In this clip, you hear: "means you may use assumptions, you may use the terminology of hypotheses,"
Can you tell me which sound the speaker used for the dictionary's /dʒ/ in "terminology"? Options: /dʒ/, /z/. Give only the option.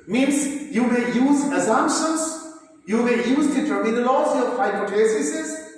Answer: /z/